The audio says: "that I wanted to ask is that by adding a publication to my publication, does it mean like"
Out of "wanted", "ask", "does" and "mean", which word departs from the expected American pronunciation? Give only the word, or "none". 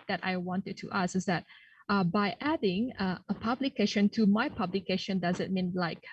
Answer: ask